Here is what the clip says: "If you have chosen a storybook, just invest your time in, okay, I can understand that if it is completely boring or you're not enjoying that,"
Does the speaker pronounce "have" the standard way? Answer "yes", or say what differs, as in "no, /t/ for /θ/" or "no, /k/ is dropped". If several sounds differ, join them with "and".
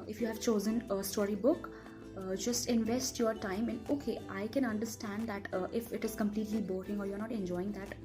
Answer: yes